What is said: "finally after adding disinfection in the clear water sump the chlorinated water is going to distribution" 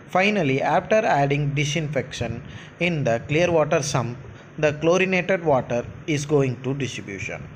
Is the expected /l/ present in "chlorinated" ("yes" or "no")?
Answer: yes